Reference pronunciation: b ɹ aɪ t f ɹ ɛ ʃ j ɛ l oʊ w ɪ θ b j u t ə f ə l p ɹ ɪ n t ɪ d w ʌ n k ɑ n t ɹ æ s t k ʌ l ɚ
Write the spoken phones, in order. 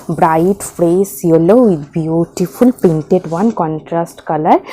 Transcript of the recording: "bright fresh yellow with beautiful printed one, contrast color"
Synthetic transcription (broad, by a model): b ɹ aɪ t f ɹ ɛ s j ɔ l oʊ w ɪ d b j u t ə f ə l p ɛ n t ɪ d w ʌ n k ɑ n t ɹ æ s t k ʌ l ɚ